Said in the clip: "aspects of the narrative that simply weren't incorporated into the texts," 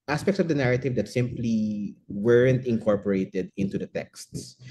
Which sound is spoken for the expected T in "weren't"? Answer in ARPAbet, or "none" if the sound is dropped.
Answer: T